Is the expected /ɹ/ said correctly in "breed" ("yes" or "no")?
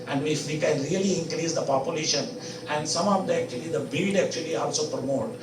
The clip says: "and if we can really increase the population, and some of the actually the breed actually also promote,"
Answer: no